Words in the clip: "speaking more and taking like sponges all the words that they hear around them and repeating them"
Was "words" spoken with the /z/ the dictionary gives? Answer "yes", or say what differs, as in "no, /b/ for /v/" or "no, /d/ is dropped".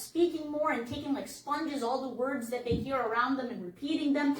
yes